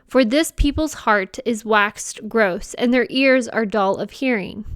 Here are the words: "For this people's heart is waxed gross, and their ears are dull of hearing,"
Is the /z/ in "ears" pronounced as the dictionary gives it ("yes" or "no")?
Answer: yes